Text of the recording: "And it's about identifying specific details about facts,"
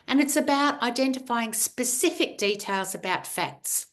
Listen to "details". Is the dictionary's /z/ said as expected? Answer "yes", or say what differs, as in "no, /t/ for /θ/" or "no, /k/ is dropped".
yes